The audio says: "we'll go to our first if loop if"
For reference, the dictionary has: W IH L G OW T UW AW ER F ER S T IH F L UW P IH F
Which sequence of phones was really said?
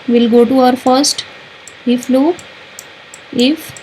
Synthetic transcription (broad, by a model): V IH L G OW T UW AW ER F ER S T IH F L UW IH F